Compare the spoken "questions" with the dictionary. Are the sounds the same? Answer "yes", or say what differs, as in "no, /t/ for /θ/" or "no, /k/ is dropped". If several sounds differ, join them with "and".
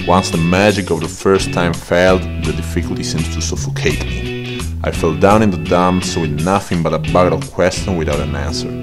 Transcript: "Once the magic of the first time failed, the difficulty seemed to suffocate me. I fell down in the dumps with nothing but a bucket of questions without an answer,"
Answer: no, /z/ is dropped